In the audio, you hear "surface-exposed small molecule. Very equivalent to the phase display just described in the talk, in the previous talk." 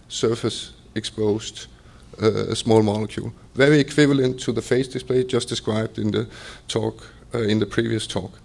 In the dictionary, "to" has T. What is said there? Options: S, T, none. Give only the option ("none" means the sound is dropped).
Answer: T